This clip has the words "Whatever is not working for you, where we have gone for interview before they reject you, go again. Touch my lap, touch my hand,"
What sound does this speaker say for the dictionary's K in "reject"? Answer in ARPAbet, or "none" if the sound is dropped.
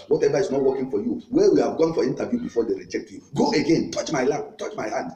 K